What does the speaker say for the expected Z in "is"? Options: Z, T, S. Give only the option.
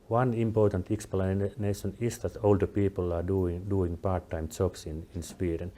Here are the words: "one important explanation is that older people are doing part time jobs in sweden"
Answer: S